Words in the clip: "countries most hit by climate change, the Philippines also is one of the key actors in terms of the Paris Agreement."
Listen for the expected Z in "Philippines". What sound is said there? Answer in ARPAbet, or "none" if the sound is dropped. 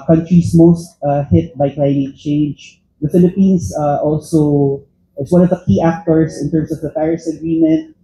S